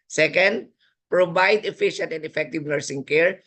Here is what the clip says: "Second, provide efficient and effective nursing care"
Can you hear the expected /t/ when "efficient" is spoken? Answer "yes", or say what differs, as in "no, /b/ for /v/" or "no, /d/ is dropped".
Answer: yes